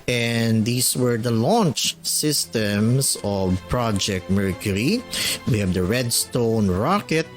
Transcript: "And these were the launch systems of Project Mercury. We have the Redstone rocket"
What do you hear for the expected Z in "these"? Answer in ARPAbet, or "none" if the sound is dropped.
S